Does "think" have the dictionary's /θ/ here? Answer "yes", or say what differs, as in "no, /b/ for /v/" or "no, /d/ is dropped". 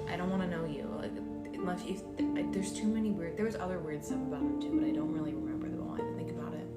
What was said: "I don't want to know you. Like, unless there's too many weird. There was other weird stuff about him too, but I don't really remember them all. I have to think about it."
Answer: yes